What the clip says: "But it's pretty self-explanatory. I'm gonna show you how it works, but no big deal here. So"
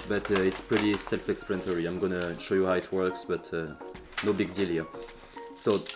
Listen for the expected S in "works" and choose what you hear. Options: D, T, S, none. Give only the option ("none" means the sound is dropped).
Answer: S